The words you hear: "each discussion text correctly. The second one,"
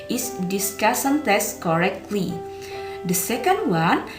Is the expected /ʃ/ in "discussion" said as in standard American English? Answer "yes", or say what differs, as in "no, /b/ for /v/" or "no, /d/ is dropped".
no, /s/ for /ʃ/